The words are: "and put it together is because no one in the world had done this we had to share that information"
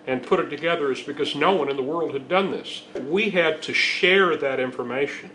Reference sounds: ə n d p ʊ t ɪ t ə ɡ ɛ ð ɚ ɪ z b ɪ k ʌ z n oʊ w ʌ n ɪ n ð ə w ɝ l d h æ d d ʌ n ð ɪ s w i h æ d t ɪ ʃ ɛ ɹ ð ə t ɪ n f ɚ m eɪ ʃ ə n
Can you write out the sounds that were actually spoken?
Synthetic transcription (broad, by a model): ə n p ʊ t ɪ t ə ɡ ɛ ð ɚ ɪ z b ɪ k ʌ z n oʊ w ʌ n ɪ n ð ə w ɝ l d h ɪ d d ʌ n ð ɪ s w i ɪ d t ɪ ʃ ɛ ɹ ð ə t ɪ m f ɚ m eɪ ʃ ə n